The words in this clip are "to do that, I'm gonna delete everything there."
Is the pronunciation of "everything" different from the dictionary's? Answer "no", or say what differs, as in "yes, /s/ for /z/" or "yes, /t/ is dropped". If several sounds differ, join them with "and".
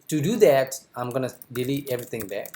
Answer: yes, /t/ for /θ/